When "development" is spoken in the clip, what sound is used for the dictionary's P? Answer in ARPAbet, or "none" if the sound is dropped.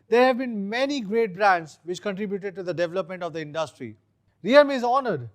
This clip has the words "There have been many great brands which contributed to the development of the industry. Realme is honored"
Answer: P